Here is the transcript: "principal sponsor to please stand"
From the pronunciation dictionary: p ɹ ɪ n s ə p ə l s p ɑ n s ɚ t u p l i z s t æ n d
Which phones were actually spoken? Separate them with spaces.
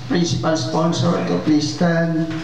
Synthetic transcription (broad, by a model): p ɹ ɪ n s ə p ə l s p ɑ n s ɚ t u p i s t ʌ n